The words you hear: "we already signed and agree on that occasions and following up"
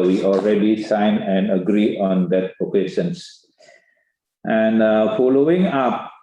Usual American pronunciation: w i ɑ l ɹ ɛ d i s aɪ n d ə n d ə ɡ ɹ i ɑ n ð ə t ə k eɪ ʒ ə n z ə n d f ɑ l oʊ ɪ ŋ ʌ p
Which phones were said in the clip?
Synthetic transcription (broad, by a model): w i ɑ l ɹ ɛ d i s aɪ n ə n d ə ɡ ɹ i ɑ n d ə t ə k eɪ ʃ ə n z ə n d f ɑ l oʊ ɪ ŋ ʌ p